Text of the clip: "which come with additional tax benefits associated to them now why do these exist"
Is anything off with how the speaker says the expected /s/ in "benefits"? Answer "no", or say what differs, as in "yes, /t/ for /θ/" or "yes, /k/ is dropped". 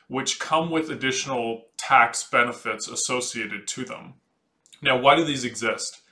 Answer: no